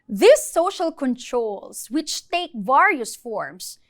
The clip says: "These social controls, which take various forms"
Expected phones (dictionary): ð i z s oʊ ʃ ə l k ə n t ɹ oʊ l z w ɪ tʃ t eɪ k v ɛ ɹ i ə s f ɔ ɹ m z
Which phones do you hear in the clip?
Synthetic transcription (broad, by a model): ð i s oʊ ʃ ə l k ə n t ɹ oʊ l s w ɪ tʃ t eɪ k v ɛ ɹ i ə s f ɔ ɹ m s